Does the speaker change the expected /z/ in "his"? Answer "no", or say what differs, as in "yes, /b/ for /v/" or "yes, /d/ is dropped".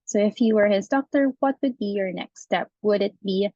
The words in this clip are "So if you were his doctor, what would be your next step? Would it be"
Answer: no